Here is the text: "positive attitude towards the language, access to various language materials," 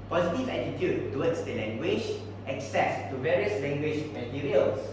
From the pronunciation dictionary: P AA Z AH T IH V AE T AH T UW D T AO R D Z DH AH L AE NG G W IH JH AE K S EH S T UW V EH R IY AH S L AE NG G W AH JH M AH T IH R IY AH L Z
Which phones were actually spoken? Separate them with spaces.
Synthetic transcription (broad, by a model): P AA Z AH T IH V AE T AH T UW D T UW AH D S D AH L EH NG G W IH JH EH K S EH S T UW V EH R IY AH S L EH NG G W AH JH M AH T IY R IY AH L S